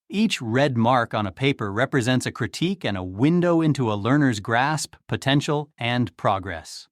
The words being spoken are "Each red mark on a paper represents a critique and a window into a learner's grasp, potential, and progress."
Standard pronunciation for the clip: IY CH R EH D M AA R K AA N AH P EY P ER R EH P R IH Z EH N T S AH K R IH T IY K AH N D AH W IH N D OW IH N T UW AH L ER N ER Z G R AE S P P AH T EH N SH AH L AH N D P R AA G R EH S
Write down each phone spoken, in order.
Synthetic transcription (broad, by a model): IY CH R EH D M AA R K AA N AH P EY P ER R EH P R IH Z EH N T S AH K R IH T IY K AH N AH W IH N D OW IH N T UW AH L ER N ER Z G R AE S P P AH T EH N SH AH L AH N P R AA G R EH S